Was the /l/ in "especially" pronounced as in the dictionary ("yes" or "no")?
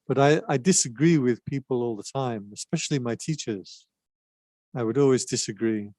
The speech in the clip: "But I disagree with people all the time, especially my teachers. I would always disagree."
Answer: yes